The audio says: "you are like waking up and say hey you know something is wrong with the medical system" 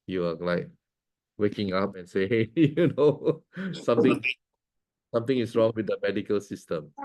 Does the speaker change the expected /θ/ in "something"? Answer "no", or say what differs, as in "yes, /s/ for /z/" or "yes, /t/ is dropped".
yes, /t/ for /θ/